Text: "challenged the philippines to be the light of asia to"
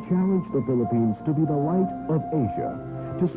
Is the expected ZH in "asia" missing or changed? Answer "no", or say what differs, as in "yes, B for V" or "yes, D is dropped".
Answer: no